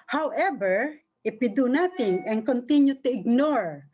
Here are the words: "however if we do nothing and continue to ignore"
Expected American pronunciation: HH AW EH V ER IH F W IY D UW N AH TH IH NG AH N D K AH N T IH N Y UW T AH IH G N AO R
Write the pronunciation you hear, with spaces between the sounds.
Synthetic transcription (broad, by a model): HH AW EH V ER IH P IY D UW N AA T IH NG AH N K AH N T IH N Y UW T AH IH G N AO R